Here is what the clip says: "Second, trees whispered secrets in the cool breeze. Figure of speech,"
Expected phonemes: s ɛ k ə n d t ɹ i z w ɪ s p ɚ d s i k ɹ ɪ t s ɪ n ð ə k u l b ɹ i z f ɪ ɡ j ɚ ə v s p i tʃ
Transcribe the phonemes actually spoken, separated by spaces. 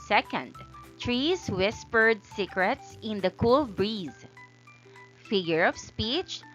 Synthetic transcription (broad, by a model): s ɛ k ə n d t ɹ i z w ɪ s p ɚ d s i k ɹ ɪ t s ɪ n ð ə k u l b ɹ i z f ɪ ɡ j ɚ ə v s p i tʃ